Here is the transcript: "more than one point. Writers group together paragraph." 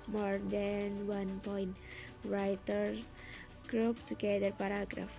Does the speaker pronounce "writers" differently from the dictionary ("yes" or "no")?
yes